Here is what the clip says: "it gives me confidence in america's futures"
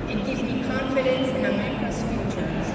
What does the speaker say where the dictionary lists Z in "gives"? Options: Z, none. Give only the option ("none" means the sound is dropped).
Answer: none